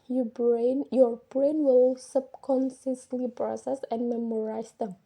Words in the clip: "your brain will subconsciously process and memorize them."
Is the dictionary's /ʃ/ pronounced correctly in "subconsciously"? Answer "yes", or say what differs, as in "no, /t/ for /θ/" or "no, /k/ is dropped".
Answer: no, /s/ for /ʃ/